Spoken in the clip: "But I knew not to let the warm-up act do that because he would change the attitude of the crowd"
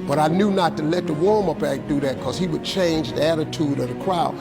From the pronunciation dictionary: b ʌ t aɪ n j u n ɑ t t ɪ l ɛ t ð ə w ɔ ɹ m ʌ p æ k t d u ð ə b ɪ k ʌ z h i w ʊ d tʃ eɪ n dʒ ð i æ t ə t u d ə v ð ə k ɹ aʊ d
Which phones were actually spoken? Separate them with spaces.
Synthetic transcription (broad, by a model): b ʌ t aɪ n j u n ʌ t t ɪ l ɛ t ð ə w ɔ ɹ m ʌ b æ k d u ð ə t k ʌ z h i w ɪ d tʃ eɪ n dʒ ð i æ t ə t u d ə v ð ə k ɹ aʊ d